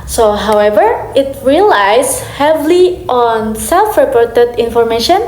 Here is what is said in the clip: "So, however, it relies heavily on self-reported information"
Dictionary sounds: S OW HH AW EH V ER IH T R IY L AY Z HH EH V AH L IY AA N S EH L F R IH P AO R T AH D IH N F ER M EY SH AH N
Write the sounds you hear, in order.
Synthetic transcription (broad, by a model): S OW HH AW EH V ER IH T R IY L AY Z HH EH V L IY AA N S EH L F R IH P AO R T AH D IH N F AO M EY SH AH N